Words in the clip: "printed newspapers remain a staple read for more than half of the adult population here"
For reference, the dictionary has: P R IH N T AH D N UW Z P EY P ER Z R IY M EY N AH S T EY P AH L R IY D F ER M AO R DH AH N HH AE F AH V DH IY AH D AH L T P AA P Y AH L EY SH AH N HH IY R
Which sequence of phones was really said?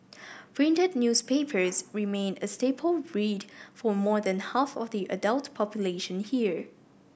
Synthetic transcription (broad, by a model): P R IH N T AH D N UW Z P EY P ER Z R IY M EY N AH S T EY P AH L R IY D F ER M AO R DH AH N HH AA F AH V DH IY AH D AH L T P AA P Y AH L EY SH AH N HH IY R